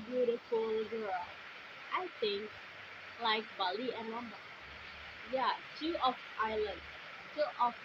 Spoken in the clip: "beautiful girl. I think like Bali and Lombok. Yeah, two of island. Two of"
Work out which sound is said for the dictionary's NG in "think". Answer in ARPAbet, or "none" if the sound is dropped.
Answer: NG